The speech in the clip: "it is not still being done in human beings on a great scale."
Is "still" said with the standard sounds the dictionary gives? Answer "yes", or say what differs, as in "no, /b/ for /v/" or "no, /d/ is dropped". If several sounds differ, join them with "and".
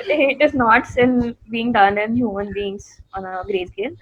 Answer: no, /n/ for /l/